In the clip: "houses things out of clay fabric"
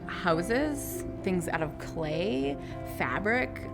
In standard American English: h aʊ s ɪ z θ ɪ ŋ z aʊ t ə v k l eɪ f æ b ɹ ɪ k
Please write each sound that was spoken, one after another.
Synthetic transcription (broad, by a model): h aʊ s ɪ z θ ɪ ŋ z aʊ t ə v k l eɪ f æ b ɹ ɪ k